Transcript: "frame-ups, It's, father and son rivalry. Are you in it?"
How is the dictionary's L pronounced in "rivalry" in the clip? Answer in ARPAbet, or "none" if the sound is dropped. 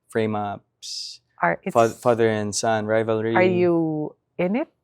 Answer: L